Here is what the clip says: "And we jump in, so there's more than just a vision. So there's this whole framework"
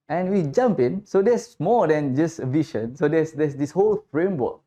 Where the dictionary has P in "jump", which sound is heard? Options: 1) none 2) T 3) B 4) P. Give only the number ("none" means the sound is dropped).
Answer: 4